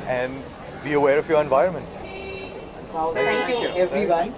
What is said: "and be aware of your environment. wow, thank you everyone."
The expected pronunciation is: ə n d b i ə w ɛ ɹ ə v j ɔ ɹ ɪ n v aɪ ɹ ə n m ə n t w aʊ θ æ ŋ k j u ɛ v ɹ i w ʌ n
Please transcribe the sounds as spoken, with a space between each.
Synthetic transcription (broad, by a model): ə n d b i ə w ɛ ɹ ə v j ɔ ɹ ɪ n v aɪ ɹ ə n m ə n t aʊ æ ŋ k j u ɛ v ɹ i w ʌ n